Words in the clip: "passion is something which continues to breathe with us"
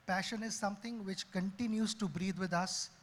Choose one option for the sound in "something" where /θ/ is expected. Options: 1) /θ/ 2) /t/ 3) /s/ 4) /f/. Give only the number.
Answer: 2